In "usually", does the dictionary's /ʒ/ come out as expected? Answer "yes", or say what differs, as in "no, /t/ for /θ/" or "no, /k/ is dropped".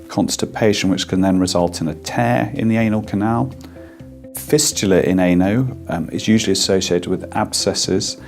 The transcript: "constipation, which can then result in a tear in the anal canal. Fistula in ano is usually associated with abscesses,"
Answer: yes